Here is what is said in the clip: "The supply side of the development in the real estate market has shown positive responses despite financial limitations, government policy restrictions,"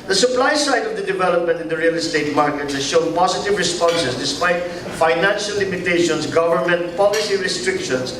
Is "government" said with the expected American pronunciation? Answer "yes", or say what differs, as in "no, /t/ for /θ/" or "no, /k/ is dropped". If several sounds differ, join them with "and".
yes